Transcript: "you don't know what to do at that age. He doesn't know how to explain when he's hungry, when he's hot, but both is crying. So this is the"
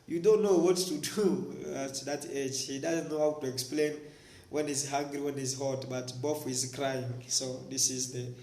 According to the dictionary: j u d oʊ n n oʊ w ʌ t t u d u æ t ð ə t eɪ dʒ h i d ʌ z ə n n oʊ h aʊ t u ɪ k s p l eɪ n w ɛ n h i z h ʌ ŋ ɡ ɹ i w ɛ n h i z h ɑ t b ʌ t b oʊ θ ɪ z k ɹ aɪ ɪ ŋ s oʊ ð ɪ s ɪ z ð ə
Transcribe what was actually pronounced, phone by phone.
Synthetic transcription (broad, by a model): j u d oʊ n n oʊ w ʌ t t u d u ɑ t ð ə t eɪ dʒ h i d ʌ z ə n n oʊ h aʊ t u ɪ k s p l eɪ n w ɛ n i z h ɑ ŋ ɡ ɹ i w ɛ n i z h ɑ t b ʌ t b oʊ f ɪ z k ɹ aɪ ɪ ŋ s oʊ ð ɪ s ɪ z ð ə